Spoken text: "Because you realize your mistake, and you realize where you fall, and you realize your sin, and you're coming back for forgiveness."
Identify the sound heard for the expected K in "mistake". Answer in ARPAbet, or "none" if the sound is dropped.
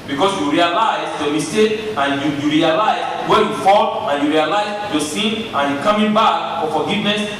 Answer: none